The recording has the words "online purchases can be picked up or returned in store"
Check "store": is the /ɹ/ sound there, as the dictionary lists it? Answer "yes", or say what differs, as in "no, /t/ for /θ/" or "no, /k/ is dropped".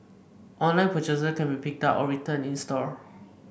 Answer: yes